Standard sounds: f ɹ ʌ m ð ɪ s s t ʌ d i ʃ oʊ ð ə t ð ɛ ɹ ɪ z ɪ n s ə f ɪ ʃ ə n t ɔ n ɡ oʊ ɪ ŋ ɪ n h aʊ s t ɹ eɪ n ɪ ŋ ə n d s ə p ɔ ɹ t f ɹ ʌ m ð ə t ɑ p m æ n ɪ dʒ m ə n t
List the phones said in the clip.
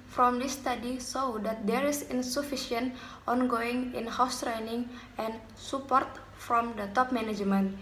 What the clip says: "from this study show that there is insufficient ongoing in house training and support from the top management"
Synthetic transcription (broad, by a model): f ɹ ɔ m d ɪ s s t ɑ d i s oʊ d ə t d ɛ ɹ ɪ s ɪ n s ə f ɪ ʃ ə n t ɔ n ɡ oʊ ɪ ŋ ɪ n h aʊ s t ɹ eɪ n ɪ ŋ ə n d s ə p ɔ ɹ t f ɹ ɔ m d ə t ɑ p m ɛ n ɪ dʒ m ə n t